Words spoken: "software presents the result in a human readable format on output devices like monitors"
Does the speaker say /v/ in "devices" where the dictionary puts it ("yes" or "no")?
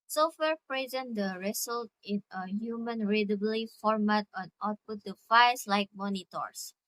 no